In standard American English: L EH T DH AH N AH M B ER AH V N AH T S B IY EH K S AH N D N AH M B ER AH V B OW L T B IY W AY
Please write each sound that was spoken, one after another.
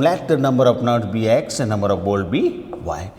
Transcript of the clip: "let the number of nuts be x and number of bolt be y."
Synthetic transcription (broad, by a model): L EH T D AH N AH M B ER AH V N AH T B IY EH K S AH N N AH M B ER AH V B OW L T B IY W AY